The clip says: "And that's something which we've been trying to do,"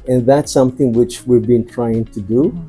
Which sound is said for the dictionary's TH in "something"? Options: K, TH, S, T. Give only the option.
TH